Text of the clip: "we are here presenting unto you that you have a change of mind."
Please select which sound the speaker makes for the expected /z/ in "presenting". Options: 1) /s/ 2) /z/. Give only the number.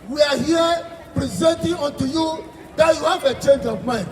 2